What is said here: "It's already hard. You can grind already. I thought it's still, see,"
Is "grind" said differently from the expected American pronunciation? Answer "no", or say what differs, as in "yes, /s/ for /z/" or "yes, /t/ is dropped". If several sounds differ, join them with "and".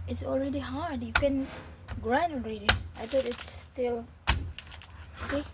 yes, /d/ is dropped